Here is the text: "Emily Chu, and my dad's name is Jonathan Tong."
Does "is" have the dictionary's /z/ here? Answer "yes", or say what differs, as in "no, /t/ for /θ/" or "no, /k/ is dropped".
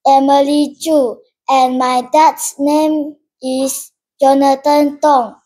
no, /s/ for /z/